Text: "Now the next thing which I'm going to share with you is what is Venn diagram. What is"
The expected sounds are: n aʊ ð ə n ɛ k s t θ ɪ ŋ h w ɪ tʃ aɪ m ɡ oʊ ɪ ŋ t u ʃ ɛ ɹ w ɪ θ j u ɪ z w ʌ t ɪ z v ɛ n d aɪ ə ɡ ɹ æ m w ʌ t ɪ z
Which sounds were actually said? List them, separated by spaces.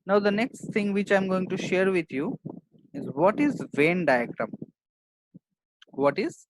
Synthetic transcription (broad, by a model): n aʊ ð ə n ɛ k s t t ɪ ŋ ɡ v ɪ tʃ aɪ m ɡ oʊ ɪ ŋ t u ʃ ɛ ɹ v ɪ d j u ɪ z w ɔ t ɪ z v ɛ n d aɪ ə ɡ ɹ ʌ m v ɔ t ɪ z